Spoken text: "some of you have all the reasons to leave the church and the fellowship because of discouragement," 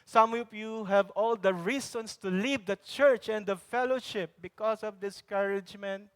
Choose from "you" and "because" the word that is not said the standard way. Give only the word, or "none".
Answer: because